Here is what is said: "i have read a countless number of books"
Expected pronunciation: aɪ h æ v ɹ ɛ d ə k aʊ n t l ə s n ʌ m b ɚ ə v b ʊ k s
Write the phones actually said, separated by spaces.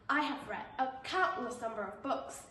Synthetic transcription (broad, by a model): aɪ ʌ v ɹ ɛ d ə k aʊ t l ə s n ʌ m b ɚ ə v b ʊ k s